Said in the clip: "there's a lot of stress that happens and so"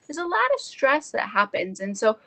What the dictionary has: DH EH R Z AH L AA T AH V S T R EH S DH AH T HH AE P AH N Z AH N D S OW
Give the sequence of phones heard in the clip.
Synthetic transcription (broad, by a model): DH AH R Z AH L AA T AH V S T R EH S DH AH T HH AE P AH N Z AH N S OW